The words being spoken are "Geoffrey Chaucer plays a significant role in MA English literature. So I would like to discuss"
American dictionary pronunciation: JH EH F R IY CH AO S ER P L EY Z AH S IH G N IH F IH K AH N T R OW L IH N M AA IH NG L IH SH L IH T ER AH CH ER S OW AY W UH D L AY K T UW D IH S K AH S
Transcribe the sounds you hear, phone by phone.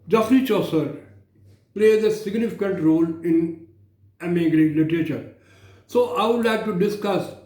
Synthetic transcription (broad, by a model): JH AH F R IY CH AO S ER P L EY Z AH S IH G N IH F IH K AH N T R OW L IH N M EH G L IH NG L IH T ER AH CH ER S OW AY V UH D L AY K T UW D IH S K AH S